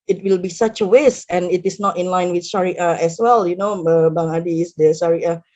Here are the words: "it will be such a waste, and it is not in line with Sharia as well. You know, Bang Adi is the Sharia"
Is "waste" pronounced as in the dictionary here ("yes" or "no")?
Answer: no